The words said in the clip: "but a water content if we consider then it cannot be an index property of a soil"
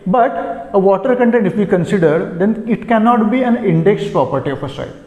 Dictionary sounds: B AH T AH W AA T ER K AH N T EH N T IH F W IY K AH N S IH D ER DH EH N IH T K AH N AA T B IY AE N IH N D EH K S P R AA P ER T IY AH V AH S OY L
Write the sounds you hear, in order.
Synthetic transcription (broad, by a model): B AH T AH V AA T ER K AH N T EH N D IH F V IY K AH N S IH D ER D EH N IH T K AH N AA T B IY AE N IH N D EH K S P R AA P ER T IY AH P AH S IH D